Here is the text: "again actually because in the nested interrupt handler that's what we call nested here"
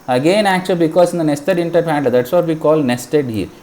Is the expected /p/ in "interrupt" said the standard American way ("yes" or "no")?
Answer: no